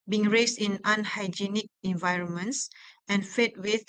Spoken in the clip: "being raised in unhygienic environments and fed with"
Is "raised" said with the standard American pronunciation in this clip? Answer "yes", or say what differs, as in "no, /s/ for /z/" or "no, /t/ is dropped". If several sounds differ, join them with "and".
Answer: no, /s/ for /z/